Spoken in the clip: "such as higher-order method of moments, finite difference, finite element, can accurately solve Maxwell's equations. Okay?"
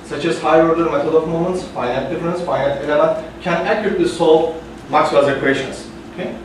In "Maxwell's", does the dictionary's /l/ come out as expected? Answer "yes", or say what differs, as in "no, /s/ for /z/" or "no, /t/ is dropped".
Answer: no, /l/ is dropped